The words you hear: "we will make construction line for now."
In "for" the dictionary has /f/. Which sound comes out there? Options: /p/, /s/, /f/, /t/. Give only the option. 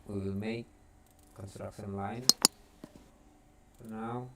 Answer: /p/